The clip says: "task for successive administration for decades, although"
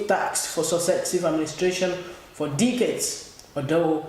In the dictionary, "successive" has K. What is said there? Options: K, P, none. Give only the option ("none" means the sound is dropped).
none